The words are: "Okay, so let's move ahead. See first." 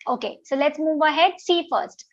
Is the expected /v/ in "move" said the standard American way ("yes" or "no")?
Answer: yes